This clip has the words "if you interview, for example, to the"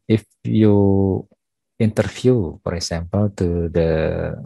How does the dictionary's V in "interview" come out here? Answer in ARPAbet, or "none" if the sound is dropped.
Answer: F